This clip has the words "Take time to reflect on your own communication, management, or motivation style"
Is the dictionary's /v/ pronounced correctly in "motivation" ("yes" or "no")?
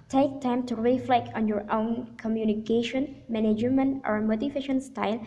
no